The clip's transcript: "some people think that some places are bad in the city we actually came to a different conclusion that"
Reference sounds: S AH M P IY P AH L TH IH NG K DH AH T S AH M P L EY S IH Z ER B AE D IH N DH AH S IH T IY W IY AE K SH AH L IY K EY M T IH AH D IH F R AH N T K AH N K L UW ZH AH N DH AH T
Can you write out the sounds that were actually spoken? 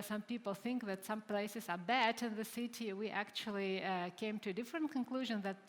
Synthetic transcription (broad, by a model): S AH M P IY P L TH IH NG K DH AH T S AH M P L EY S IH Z ER B AE D IH N DH AH S IH T IY W IY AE K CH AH L IY K EY M T IH D IH F R AH N T K AH N K L UW ZH AH N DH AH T